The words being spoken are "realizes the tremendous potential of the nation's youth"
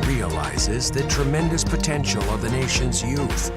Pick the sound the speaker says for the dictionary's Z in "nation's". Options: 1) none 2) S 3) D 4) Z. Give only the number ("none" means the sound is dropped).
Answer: 4